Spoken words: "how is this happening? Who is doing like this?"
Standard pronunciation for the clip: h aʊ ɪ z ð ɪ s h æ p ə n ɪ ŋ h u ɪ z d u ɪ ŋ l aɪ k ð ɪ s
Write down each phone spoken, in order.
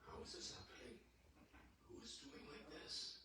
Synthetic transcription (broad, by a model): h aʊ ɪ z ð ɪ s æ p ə ɪ h u ɪ z d u ɪ ŋ l aɪ k ð ɪ s